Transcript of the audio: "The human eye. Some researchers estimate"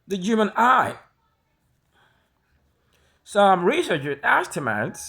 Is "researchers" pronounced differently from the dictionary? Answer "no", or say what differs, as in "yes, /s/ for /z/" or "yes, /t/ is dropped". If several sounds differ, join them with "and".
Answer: yes, /z/ is dropped